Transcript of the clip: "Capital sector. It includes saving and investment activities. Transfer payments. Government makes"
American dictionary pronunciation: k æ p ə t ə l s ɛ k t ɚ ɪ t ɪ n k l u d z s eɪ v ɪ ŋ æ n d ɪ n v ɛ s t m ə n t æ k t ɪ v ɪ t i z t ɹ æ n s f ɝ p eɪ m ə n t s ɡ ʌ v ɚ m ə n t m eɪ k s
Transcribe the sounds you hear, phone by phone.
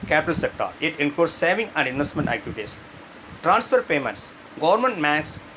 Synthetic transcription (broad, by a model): k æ p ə t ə l s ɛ k t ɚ ɪ t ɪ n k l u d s s eɪ v ɪ ŋ æ n d ɪ n v ɛ s t m ə n t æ k t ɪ v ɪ t i s t ɹ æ n s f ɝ p eɪ m ə n t s ɡ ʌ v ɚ m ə n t m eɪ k s